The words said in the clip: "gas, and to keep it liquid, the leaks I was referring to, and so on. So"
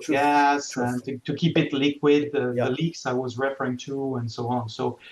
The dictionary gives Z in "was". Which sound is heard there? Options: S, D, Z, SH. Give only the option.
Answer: Z